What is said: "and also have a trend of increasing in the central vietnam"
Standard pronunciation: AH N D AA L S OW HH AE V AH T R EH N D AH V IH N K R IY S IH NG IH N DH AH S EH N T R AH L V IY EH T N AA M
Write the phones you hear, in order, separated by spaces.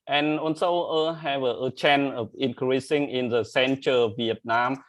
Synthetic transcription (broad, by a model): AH N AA N S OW HH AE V AH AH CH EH N AH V IH N K R IY S IH NG IH N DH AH S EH N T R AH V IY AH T N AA M